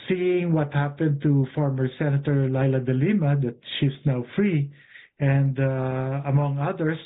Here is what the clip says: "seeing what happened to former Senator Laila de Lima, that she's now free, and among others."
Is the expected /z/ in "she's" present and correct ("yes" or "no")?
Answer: no